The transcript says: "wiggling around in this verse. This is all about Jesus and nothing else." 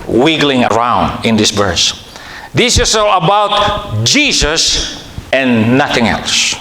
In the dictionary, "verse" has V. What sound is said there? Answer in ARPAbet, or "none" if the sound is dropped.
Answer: B